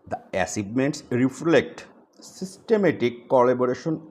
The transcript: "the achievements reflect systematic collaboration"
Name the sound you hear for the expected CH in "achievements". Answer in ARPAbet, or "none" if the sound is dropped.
S